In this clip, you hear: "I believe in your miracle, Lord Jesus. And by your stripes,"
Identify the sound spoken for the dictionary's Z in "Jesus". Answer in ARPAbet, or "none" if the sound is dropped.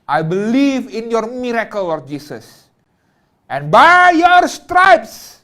S